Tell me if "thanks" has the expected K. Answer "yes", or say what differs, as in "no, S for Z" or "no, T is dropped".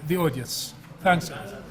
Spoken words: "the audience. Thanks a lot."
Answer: yes